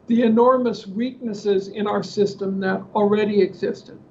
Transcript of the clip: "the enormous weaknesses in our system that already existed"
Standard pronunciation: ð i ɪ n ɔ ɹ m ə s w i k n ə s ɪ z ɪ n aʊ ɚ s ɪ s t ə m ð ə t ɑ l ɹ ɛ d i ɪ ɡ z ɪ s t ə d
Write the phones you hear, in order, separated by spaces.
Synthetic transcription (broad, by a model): ð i ɪ n ɔ ɹ m ə s w i k n ə s ɪ z ɪ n aʊ ɚ s ɪ s t ə m ð ə t l ɹ ɛ d i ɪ ɡ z ɪ s t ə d